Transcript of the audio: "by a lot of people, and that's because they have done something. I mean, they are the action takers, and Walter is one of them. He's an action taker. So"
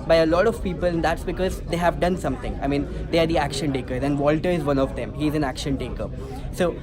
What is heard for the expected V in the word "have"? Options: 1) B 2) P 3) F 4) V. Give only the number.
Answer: 4